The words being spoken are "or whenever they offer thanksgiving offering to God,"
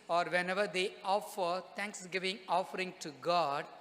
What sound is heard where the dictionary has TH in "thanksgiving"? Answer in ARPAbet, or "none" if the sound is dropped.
T